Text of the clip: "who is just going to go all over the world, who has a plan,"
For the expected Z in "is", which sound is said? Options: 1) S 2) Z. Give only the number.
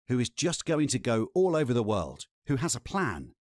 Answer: 2